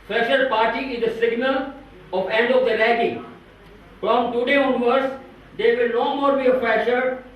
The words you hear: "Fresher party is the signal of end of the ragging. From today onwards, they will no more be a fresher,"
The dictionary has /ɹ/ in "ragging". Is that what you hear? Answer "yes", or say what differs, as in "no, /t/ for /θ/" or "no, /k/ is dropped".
no, /l/ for /ɹ/